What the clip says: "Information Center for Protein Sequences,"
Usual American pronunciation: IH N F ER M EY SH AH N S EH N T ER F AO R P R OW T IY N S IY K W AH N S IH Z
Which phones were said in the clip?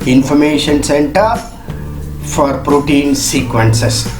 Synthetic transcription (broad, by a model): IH N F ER M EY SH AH N S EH N T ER F AO R P R OW T IY N S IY K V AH N S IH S